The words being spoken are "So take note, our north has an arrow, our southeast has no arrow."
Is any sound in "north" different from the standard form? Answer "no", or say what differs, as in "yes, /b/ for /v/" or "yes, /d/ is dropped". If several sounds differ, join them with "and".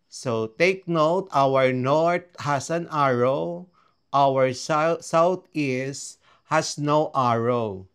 yes, /t/ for /θ/